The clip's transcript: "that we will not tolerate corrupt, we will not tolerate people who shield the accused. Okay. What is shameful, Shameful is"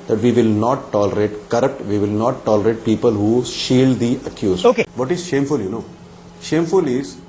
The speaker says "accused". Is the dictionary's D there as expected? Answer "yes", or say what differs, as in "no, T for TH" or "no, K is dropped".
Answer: no, D is dropped